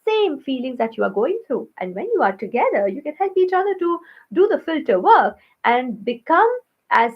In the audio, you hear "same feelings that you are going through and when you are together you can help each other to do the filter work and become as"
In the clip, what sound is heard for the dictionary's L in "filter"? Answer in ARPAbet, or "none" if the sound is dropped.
L